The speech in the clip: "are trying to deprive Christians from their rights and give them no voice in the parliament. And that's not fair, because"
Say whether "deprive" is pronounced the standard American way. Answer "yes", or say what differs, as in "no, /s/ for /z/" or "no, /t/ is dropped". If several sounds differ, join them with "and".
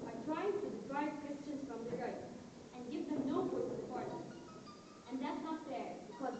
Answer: no, /b/ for /v/